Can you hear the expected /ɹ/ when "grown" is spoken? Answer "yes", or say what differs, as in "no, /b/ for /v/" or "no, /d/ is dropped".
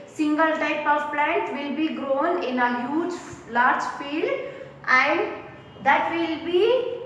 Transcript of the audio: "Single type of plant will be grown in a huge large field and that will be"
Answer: yes